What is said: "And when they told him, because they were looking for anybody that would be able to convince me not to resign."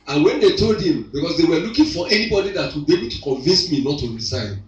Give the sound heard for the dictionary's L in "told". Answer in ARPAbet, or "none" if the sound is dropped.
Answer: L